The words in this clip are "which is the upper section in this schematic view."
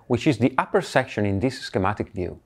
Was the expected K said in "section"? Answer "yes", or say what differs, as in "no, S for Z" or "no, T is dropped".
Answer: yes